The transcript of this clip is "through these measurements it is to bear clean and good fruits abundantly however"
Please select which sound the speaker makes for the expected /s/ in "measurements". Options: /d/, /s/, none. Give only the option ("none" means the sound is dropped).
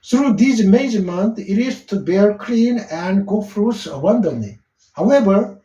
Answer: none